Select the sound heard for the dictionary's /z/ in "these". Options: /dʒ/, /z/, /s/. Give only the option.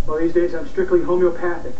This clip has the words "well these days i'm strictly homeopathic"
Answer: /z/